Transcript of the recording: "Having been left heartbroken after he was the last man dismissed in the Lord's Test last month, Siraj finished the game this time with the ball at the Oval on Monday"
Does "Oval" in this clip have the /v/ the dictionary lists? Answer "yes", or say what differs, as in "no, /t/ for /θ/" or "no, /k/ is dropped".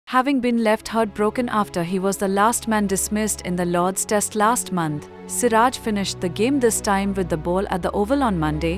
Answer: yes